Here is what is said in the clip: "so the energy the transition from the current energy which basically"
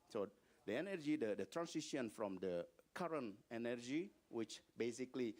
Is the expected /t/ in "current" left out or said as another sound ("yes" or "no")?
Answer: no